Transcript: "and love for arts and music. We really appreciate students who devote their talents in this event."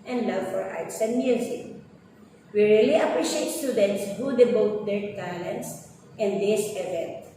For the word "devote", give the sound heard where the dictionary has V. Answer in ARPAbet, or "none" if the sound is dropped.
B